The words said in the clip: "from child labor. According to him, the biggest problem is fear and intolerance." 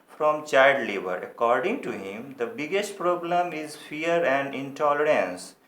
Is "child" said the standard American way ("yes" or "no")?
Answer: no